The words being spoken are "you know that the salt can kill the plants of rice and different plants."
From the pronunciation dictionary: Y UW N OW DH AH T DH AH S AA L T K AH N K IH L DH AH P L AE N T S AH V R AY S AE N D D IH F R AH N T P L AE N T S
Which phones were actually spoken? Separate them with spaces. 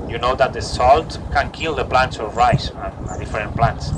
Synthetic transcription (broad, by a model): Y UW N OW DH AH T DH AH S AA L T K AH N K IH L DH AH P L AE N T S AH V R AY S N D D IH F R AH N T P L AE N T S